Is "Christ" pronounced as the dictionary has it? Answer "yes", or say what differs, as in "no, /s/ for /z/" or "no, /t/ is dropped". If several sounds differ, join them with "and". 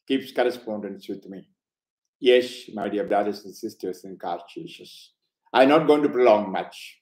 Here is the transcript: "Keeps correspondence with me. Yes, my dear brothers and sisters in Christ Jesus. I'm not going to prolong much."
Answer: no, /ɹ/ is dropped and /s/ is dropped